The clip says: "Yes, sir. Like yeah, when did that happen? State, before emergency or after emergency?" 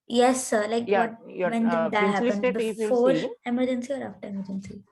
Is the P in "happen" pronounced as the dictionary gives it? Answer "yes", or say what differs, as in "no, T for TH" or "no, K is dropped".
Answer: no, P is dropped